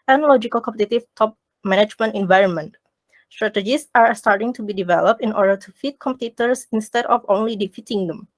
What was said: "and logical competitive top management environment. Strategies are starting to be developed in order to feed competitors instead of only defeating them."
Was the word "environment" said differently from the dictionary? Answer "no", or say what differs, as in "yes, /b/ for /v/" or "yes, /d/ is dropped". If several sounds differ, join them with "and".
no